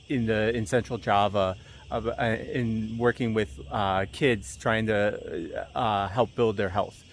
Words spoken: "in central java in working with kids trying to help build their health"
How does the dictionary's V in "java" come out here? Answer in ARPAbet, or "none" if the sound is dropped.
V